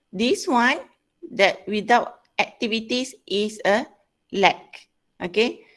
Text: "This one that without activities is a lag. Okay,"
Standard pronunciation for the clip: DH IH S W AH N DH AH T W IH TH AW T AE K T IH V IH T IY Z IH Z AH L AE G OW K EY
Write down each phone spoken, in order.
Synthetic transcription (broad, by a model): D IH S W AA N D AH T W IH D AW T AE K T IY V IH T IY S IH S AH L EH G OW K EY